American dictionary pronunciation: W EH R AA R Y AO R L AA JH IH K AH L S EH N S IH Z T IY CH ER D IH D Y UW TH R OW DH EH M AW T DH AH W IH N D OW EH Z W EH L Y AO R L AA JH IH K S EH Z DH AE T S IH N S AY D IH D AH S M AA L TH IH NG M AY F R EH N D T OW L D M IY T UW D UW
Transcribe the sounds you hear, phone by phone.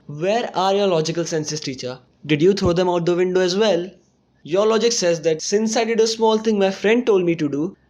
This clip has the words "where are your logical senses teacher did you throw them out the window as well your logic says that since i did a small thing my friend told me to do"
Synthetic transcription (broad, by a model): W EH R AA R Y AO R L AA JH IH K AH L S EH N S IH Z T IY CH ER D IH D Y UW T R OW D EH M AW T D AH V IH N D OW EH Z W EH L Y AO R L AA JH IH K S EH Z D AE T S IH N S AY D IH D AH S M AA L T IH NG M AY F R EH N D T OW L D M IY T UW D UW